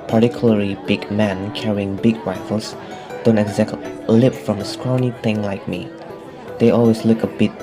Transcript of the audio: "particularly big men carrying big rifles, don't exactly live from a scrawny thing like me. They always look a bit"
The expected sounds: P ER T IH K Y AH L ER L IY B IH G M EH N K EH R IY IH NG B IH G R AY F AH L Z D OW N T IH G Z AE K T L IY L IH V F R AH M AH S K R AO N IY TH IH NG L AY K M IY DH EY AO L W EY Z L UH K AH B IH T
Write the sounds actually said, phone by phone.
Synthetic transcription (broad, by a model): P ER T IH K Y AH L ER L IY B IH G M EH N K EH R IY IH NG B IH G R AY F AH L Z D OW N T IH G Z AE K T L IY L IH P F R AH M AH S K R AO N IY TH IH NG L AY K M IY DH EY AO L W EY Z L UH K AH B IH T